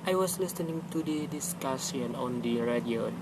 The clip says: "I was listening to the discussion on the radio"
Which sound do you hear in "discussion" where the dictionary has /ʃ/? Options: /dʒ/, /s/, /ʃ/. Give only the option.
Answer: /s/